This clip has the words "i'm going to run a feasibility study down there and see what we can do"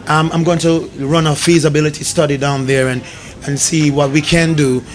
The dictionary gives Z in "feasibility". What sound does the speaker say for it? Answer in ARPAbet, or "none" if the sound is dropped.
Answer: Z